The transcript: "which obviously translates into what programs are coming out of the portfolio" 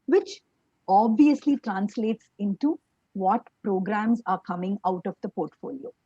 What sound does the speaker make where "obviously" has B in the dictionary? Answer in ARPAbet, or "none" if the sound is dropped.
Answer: B